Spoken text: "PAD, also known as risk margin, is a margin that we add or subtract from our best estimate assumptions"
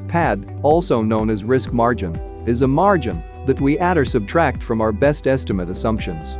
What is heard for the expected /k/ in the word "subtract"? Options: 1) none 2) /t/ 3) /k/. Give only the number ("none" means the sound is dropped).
3